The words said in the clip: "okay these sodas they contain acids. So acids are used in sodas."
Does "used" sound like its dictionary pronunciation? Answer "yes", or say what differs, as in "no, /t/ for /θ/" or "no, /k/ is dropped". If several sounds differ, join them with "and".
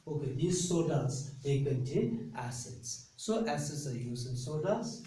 no, /d/ is dropped